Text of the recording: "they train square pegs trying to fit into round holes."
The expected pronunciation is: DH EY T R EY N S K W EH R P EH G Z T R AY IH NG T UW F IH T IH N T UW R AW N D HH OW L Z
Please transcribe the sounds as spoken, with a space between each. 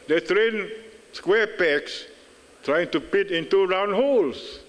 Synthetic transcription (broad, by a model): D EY T R EY N S K W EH P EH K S T R AY IH NG T UW P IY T IH N T UW R AW N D HH OW L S